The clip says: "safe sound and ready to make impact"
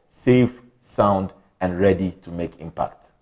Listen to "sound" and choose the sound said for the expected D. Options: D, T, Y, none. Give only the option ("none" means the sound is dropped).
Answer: D